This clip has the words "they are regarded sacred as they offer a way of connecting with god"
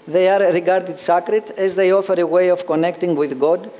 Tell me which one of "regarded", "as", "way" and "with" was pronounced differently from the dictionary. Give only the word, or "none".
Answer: none